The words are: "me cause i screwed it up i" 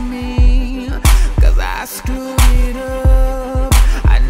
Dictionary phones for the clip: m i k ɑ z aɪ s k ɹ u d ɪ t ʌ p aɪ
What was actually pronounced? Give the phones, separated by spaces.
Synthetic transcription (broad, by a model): m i k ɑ z aɪ s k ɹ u ɪ t ʌ p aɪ